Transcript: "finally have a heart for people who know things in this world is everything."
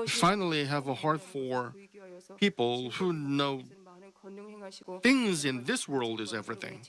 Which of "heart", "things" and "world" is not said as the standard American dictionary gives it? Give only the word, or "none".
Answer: none